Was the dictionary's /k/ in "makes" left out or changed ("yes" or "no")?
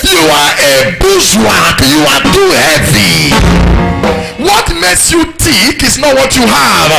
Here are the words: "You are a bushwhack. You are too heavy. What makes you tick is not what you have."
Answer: yes